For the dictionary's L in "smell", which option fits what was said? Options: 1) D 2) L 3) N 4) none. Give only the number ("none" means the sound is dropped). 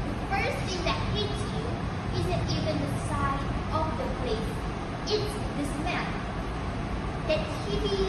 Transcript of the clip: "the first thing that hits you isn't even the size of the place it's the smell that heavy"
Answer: 3